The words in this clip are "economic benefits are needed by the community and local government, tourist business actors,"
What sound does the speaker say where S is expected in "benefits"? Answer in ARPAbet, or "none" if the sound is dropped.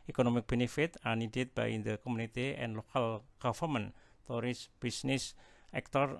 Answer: none